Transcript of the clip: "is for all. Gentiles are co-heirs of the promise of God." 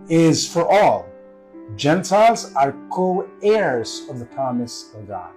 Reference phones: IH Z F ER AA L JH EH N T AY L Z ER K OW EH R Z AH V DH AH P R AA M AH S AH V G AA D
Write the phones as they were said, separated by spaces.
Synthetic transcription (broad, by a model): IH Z F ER AA L JH EH N T AY L Z ER K OW EH R Z AH V DH AH P R AA M AH S AH V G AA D